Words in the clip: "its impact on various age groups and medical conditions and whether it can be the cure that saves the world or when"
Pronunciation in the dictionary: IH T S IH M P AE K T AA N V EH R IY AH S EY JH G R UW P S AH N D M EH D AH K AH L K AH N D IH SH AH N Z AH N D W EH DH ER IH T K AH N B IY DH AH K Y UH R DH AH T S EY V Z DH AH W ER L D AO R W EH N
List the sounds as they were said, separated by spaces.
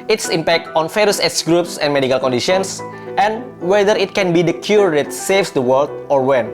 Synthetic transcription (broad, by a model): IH T S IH M P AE K T AA N F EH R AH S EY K G R UW P S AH N M EH D AH K AH L K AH N D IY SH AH N S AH N W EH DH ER IH T K AH N B IY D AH K Y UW R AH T S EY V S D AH W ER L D AO R W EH N